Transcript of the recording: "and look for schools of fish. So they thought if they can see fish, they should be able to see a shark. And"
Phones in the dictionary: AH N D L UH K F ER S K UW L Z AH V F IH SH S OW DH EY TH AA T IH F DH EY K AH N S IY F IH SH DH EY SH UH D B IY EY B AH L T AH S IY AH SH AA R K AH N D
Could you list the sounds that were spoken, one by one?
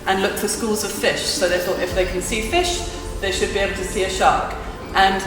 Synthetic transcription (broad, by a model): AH N L UH K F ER S K UW L Z AH V F IH SH S OW DH EY TH AA T IH F DH EY K AH N S IY F IH SH DH EY SH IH D B IY EY B L T AH S IY AH SH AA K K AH N